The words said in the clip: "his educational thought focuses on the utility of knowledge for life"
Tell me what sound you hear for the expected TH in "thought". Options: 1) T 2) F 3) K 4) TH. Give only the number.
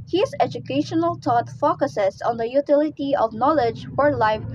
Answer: 1